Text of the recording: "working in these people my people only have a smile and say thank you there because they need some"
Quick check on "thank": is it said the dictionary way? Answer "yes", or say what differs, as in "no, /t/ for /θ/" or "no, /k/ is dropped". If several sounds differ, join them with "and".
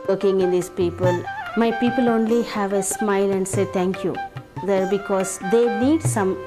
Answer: no, /t/ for /θ/